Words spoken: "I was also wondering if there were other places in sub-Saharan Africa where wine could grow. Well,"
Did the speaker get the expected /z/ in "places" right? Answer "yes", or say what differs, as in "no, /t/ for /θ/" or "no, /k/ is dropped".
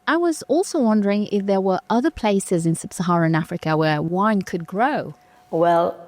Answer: yes